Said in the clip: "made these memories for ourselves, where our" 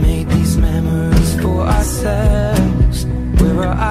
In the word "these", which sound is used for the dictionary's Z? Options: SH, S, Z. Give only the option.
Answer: Z